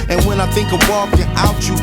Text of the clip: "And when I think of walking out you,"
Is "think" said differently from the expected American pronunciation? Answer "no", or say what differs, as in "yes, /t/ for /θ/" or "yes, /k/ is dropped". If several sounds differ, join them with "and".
no